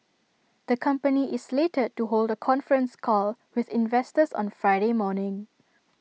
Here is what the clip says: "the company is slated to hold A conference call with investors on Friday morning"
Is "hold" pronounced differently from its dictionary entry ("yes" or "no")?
no